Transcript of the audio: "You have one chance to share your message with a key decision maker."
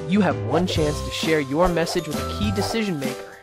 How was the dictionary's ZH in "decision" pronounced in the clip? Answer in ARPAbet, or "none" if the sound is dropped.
ZH